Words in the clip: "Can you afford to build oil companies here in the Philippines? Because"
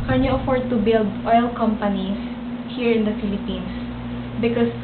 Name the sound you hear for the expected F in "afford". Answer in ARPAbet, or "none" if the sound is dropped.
F